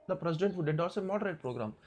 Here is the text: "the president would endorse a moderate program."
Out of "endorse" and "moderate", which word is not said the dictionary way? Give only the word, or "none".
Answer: endorse